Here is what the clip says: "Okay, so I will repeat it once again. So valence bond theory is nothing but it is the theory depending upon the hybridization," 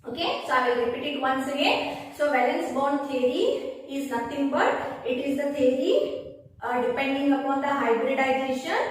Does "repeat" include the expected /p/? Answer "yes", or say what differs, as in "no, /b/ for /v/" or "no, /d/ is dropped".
yes